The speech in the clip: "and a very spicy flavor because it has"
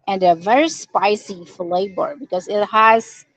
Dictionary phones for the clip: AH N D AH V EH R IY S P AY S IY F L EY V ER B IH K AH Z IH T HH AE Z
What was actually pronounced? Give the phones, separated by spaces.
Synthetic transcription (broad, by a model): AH N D AH V EH R IY S P AY S IY F L EY B ER B IH K AH Z IH T HH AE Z